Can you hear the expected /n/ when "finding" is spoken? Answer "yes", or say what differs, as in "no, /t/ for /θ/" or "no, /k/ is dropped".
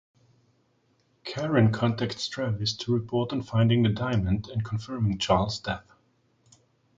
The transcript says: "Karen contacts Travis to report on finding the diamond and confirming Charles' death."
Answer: yes